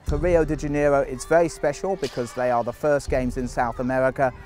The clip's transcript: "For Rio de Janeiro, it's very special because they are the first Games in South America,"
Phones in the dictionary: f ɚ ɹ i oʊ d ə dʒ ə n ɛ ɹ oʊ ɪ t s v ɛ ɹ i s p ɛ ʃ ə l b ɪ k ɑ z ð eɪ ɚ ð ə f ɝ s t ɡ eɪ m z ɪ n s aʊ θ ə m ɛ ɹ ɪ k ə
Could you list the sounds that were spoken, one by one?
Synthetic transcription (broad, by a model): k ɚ ɹ i oʊ d ə dʒ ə n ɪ ɹ oʊ ɪ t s v ɛ ɹ i s p ɛ ʃ ə l b ɪ k ɑ z ð eɪ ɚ ð ə f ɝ s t ɡ eɪ m z ɪ n s aʊ θ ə m ɛ ɹ ɪ k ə